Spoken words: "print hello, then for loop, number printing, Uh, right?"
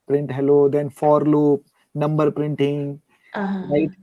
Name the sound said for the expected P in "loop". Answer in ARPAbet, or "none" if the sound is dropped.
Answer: P